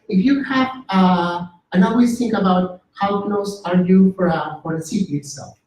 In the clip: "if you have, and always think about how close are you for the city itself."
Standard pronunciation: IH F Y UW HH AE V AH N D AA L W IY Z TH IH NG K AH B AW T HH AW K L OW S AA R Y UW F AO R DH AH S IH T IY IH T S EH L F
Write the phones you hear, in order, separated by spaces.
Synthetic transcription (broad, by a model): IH F Y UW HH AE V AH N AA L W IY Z TH IH NG K AH B AW T HH AW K N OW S AA R Y UW F AO R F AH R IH S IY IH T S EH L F